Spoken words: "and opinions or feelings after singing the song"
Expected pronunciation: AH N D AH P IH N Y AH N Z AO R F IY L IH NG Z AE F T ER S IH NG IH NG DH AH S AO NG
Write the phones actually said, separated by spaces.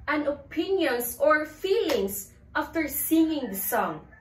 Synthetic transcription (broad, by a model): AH N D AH P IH N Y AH N S AO R F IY L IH NG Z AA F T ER S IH NG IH NG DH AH S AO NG